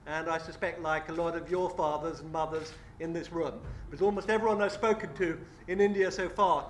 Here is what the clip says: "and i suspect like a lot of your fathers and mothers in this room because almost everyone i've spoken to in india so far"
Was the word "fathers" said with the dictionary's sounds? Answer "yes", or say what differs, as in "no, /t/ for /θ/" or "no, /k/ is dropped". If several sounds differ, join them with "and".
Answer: yes